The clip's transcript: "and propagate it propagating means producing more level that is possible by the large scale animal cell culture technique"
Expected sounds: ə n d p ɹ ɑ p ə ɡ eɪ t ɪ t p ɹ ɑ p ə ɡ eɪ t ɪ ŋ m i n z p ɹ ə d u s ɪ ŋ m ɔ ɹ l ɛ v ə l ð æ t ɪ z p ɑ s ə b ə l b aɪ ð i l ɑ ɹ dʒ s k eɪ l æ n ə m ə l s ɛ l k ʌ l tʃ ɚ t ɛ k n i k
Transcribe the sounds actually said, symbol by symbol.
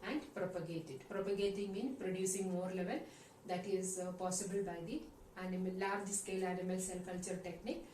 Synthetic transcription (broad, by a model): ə n d p ɹ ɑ p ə ɡ eɪ t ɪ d p ɹ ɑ p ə ɡ eɪ t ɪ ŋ m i n p ɹ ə d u s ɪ ŋ m ɔ ɹ l ɛ v ə l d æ t ɪ z p ɑ s ə b ə l b aɪ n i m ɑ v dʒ s k eɪ l æ n ə m ə l s ɛ l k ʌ l tʃ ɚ t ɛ k n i k